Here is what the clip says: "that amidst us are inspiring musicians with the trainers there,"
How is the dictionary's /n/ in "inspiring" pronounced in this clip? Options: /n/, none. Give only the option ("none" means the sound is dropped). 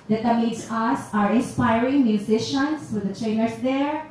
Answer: /n/